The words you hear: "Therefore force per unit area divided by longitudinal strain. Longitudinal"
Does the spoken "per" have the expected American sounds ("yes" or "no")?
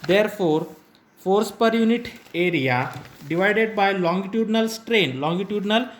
yes